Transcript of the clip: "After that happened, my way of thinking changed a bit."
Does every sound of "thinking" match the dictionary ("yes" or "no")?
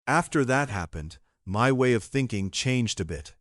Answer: yes